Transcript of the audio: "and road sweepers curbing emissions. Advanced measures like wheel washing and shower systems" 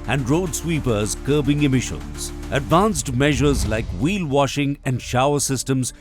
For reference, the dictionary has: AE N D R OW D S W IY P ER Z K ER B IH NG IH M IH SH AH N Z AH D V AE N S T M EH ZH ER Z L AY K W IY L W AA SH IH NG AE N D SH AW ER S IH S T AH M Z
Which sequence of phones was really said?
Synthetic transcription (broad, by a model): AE N D R OW D S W IY P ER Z K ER B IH NG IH M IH SH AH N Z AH D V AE N S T M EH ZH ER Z L AY K W IY L W AA SH IH NG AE N D SH AW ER S IH S T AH M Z